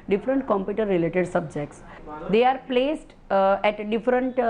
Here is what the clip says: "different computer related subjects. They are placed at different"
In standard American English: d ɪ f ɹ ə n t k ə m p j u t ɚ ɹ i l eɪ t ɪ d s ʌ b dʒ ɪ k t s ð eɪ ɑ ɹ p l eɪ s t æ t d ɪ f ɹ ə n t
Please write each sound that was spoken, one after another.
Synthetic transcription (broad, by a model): d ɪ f ɹ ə n t k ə m p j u t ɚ ɹ i l eɪ t ɪ d s ʌ b dʒ ɪ k t s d eɪ ɑ ɹ p l eɪ s t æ t d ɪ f ɹ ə n t